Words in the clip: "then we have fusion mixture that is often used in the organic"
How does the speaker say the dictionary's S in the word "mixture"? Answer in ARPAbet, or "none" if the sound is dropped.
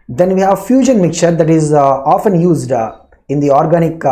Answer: none